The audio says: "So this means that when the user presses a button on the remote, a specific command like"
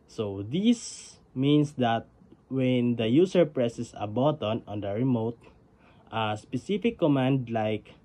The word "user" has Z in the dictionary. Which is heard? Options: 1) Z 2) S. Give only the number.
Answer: 2